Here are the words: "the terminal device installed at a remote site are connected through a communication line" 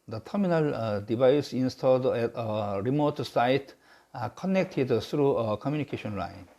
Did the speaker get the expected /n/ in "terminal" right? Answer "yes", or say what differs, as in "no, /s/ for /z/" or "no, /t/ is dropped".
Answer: yes